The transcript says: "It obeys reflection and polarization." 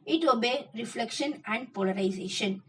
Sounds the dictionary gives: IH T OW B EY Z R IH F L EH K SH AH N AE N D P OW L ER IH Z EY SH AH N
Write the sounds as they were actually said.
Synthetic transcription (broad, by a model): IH T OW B EY R IH F L EH K SH AH N AE N D P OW L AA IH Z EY SH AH N